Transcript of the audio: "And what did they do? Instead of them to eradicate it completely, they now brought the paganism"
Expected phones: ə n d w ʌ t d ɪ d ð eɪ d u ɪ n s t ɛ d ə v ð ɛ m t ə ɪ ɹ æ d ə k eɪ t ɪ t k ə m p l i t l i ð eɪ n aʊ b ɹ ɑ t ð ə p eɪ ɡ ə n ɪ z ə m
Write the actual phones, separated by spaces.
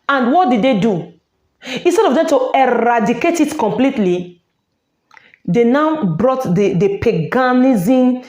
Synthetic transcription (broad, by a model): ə n d w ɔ t d ɪ d eɪ d u ɪ n s t ɛ d ə v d ɛ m t ə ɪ ɹ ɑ d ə k eɪ t ɪ t k ə m p l i t l i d eɪ n aʊ b ɹ ɑ t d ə p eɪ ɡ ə n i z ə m